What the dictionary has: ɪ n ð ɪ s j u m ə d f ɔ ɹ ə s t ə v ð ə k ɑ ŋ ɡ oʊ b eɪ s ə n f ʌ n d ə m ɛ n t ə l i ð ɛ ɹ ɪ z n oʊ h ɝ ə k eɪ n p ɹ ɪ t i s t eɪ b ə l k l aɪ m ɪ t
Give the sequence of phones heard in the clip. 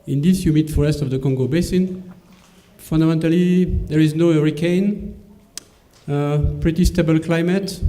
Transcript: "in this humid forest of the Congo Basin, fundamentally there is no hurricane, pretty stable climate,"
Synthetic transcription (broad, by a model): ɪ n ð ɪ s j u m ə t f ɔ ɹ ə s t ə v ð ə k ɑ ŋ ɡ oʊ b eɪ s ə n f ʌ n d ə m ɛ n t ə l i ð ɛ ɹ ɪ z n oʊ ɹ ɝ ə k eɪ n p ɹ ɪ t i s t eɪ b ə l k l aɪ m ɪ t